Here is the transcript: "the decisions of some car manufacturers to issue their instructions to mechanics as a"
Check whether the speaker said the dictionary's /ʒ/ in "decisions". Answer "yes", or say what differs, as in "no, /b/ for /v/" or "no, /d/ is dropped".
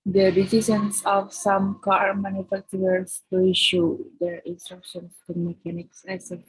no, /s/ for /ʒ/